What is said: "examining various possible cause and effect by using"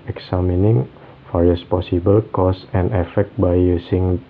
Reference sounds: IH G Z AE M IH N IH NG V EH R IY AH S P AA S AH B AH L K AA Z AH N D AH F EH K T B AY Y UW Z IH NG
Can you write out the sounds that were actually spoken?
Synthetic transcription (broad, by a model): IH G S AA M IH N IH NG F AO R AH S P AA S AH B AH L K AA S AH N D AH F EH K T B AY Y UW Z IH NG